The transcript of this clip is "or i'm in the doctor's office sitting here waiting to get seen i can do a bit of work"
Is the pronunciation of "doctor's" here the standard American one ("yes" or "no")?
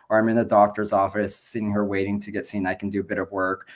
yes